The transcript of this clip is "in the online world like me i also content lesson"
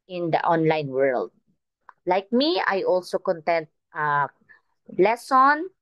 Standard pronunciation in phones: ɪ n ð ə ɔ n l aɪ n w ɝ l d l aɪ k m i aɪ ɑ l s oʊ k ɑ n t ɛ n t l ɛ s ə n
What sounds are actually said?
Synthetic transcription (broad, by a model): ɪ n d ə ɔ n l aɪ n w ɝ l d l aɪ k m i aɪ ɑ l s oʊ k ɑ n t ɛ n t l ɛ s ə n